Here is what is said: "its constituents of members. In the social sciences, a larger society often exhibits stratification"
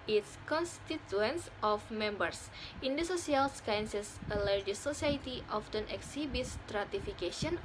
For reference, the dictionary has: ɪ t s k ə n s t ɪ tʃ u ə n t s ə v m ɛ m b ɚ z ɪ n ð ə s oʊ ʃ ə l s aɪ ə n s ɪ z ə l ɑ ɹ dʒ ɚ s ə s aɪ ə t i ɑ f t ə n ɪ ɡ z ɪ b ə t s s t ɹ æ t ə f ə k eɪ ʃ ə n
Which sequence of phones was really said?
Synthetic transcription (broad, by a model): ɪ t s k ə n s t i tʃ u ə n s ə f m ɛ m b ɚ s ɪ n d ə s oʊ s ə l s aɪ n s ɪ s ə l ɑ ɹ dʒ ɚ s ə s aɪ t i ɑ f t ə n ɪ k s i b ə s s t ɹ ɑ t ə f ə k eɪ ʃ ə n